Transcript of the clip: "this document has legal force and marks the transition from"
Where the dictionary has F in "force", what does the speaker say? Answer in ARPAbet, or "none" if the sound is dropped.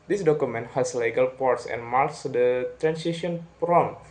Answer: P